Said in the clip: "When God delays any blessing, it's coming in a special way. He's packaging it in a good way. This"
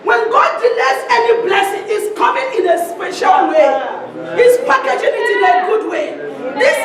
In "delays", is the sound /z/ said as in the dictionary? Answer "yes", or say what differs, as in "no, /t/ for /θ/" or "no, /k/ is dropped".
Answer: no, /s/ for /z/